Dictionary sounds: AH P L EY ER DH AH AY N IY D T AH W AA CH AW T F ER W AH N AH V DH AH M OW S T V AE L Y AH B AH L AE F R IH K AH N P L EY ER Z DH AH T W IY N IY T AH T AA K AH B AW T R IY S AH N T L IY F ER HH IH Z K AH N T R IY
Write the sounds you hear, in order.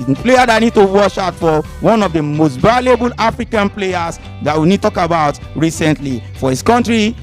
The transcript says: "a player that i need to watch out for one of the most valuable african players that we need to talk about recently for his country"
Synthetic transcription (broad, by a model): P L EY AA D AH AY N IY D T AH W AA SH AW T F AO W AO N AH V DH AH M OW S T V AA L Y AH B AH L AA F R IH K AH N P L EY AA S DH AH T W IY N IY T T AA K AH B AW T R IY S AH N T L IY F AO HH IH S K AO N T R IY